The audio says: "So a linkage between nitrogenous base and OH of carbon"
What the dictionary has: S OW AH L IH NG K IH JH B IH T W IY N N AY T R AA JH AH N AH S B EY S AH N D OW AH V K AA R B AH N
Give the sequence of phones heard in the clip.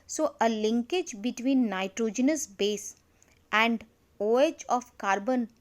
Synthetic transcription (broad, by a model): S OW AH L IH NG K IH JH B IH T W IY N N AY T R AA JH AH N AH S B EY S AH N D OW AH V K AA R B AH N